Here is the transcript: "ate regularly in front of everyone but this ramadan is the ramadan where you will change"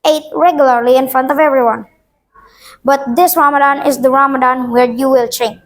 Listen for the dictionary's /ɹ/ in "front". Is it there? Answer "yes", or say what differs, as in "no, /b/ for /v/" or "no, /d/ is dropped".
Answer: yes